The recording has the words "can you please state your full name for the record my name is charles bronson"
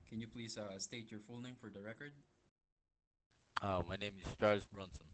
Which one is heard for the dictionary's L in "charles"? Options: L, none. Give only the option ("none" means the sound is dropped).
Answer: none